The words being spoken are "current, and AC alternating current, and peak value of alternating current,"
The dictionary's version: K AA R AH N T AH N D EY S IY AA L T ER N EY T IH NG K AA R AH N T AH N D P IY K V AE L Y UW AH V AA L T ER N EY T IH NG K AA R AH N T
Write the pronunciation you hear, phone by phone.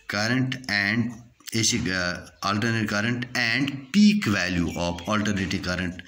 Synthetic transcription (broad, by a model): K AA R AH N T AH N D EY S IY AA L T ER N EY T K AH R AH N T AH N D P IY K V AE L Y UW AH P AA L T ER N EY T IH K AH R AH N T